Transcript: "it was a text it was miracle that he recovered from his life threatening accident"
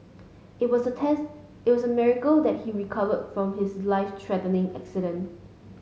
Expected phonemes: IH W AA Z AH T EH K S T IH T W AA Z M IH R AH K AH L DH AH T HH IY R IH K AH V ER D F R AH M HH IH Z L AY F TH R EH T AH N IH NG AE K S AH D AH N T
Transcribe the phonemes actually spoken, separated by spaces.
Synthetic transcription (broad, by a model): IH W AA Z AH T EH S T IH T W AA S M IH R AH K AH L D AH T HH IY R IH K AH V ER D F R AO M HH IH S L AY F T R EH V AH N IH NG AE K S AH D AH N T